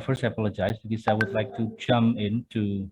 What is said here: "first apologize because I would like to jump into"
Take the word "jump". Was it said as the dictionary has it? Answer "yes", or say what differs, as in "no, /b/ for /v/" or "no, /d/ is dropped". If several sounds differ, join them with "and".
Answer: no, /p/ is dropped